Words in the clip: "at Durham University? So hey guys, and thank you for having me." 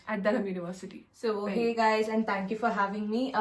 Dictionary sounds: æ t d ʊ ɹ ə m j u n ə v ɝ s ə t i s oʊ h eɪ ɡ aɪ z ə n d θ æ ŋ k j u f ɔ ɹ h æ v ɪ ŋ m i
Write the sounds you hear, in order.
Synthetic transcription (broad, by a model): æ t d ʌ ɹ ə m j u n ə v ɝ s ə t i s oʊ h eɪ ɡ aɪ z ə n d t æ ŋ k j u f ɔ ɹ h æ v ɪ ŋ m i